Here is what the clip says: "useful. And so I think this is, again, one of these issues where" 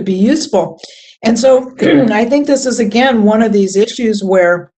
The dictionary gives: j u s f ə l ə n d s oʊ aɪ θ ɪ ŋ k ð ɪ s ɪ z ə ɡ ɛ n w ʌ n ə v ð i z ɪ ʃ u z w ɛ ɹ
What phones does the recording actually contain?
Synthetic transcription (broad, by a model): j u s f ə l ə n s oʊ aɪ θ ɪ ŋ k ð ɪ s ɪ z ə ɡ ɛ n w ʌ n ə v ð i z ɪ ʃ u z w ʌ ɹ